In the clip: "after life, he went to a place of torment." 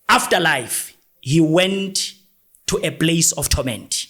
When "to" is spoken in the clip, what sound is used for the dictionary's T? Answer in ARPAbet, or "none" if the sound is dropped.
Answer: T